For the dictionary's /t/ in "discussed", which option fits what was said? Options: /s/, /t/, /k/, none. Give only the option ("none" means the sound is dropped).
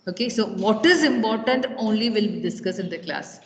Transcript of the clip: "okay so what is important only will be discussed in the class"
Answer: none